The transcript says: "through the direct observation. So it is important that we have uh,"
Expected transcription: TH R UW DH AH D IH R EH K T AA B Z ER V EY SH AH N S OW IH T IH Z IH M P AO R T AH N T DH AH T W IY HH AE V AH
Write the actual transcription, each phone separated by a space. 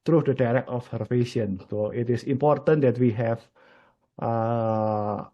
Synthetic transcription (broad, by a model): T R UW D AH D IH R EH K AA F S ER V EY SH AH N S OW IH T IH S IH M P AO R T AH N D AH T W IY HH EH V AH